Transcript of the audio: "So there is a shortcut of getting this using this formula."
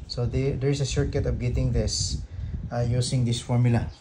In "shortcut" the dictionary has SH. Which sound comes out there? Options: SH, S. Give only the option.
S